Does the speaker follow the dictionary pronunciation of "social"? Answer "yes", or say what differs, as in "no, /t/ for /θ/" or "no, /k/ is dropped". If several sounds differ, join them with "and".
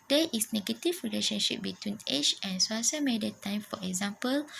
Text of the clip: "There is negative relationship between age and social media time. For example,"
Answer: no, /s/ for /ʃ/